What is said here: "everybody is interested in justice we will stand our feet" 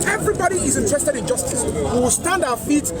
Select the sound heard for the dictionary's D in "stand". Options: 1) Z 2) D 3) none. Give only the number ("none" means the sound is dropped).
2